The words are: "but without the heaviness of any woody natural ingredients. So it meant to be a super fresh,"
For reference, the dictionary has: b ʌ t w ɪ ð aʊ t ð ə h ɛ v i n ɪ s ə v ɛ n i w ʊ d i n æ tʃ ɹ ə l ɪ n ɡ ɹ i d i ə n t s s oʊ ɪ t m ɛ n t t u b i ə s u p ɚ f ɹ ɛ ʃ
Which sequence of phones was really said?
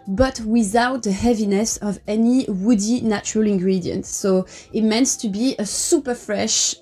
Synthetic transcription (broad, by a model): b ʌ t w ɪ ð aʊ t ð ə h ɛ v i n ɪ s ə v ɛ n i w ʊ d i n æ tʃ ɹ ə l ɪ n ɡ ɹ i d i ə n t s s oʊ ɪ t m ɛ n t t u b i ə s u p ɚ f ɹ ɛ ʃ